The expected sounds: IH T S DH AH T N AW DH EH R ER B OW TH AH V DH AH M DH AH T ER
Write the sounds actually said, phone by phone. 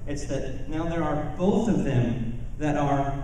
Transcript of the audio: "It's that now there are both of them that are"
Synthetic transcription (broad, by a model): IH T S DH AH T N AW DH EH R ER B OW TH AH V DH AH M DH AH T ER